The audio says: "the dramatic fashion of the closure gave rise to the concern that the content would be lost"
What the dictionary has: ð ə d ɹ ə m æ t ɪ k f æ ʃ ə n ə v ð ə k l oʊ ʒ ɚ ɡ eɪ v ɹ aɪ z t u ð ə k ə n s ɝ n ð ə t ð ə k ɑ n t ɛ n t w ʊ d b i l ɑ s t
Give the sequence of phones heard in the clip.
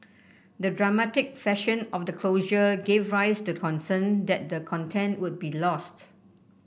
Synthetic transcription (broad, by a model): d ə d ɹ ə m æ t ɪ k f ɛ ʃ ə n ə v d ə k l oʊ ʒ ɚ ɡ eɪ v ɹ aɪ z t u k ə n s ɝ n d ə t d ə k ɑ n t ɛ n t w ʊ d b i l ɑ s t